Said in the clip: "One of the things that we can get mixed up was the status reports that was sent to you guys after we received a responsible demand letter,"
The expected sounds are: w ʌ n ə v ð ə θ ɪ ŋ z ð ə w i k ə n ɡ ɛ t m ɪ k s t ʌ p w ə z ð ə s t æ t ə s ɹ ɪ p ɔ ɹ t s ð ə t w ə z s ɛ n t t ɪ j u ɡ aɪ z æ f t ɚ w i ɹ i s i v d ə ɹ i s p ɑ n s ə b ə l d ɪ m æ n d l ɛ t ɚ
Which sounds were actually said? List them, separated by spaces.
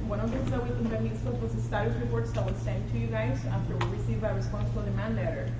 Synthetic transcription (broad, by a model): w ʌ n ə v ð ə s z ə w i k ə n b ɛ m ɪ s ʌ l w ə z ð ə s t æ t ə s ɹ ɪ p ɔ ɹ t s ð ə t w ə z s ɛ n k t ɪ j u ɡ aɪ z æ f t ɚ w i ɹ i s i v ə ɹ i s p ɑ n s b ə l d ɪ m æ n d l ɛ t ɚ